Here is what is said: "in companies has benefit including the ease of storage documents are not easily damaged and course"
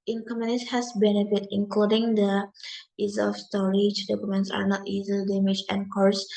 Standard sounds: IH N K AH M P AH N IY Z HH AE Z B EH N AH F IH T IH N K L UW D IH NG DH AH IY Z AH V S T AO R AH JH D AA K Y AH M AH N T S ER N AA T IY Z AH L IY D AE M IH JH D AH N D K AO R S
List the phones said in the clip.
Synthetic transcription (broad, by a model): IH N K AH M AH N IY S HH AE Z B EH N AH F IH T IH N K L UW D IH NG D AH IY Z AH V S T AO R AH JH D AA K Y AH M AH N T S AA N AA T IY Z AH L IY D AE M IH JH AH N K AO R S